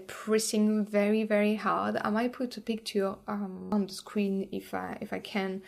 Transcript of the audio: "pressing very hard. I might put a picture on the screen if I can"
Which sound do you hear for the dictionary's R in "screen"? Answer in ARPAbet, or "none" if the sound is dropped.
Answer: W